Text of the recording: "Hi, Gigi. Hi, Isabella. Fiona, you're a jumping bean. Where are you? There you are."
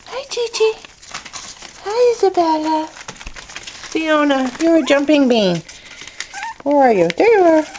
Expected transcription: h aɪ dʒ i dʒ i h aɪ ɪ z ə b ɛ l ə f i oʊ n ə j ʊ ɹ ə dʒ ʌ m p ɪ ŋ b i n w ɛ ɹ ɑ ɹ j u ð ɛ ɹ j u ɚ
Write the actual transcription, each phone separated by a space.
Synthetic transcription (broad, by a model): h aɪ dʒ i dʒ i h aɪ ɪ z ə b ɛ l ə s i oʊ n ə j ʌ ɹ ə dʒ ʌ m p ɪ ŋ b i n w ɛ ɹ ɑ ɹ j u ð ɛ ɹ j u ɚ